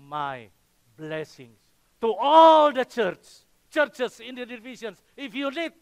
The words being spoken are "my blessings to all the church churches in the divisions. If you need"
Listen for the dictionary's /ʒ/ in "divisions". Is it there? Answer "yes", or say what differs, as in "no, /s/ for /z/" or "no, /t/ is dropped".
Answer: no, /ʃ/ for /ʒ/